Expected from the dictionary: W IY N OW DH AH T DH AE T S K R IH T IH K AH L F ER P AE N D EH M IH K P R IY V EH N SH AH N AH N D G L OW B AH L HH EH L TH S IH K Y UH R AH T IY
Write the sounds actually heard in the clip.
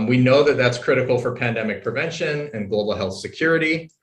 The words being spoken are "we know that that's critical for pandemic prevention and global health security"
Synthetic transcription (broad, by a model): W IY N OW DH AH T DH AE T S K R IH T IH K L F ER P AE N D EH M IH K P R IY V EH N SH AH N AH N G L OW B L HH EH L TH S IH K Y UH R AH T IY